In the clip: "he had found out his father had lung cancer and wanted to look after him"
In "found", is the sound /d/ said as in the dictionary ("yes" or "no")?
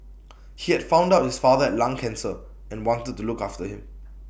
yes